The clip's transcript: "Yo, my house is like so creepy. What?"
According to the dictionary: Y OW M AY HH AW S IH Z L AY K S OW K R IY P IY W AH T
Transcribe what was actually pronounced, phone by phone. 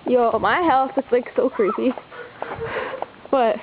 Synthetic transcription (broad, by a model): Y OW M AY HH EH TH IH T L AY K S OW K R IY P IY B AH T